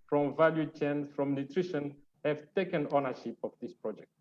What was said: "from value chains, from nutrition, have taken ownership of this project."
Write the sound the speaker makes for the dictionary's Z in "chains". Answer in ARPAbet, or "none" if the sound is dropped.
none